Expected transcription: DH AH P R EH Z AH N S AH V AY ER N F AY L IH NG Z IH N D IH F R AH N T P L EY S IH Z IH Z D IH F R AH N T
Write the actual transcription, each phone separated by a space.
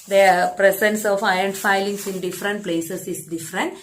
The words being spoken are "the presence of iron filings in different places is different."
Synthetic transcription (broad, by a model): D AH P R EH S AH N S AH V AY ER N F AY L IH NG S IH N D IH F R AH N T P L EY S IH S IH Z D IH F R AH N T